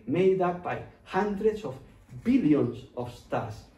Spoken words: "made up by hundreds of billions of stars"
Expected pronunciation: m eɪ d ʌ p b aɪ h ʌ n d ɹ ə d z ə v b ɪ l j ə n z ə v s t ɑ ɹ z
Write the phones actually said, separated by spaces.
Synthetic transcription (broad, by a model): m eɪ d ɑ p b aɪ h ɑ n d ɹ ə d s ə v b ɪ l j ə n s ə f s t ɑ ɹ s